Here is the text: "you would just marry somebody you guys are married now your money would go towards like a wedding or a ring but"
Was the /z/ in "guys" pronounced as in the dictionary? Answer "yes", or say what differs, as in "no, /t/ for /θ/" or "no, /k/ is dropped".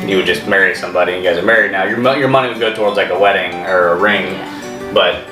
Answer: yes